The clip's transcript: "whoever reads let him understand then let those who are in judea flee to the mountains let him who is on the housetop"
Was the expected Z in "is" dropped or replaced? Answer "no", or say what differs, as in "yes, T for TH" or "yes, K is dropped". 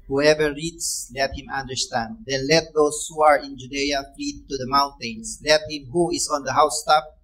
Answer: yes, S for Z